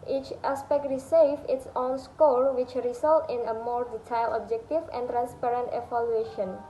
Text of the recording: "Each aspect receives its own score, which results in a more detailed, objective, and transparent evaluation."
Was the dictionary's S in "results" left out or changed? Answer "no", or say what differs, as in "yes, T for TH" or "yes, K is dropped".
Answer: yes, S is dropped